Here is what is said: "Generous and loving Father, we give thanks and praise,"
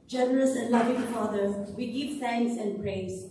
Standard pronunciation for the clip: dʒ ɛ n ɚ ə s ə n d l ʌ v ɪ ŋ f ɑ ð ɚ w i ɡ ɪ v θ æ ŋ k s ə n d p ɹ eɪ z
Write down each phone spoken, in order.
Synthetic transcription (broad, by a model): dʒ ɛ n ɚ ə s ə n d l ʌ v ɪ ŋ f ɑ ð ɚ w i ɡ ɪ v s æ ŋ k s ə n d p ɹ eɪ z